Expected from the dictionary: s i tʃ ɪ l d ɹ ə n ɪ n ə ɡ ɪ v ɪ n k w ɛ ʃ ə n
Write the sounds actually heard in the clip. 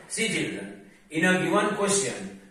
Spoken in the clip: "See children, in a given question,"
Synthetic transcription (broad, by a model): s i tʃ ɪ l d ə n ɪ n ə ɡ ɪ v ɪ n k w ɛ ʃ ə n